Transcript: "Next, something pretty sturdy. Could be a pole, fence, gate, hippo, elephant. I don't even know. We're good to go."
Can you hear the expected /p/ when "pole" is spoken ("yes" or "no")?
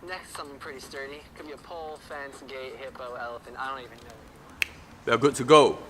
yes